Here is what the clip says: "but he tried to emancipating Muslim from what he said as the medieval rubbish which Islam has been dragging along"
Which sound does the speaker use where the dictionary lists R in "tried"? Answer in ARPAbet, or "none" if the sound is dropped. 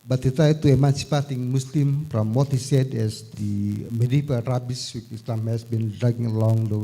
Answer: none